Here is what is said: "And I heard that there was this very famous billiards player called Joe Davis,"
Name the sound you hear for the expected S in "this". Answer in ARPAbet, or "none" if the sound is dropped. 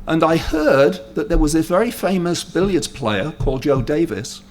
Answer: none